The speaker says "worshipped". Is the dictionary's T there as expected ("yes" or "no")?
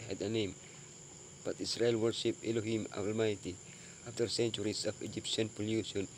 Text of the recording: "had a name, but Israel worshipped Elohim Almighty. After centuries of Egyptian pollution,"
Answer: no